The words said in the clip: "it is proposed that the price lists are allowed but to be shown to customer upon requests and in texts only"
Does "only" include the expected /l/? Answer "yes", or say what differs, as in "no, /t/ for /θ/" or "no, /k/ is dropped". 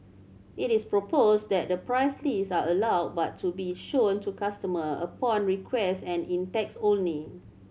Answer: no, /l/ is dropped